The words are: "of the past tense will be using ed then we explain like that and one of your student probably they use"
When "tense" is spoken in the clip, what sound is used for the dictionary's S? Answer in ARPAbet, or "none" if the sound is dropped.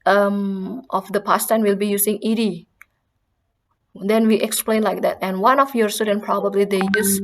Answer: none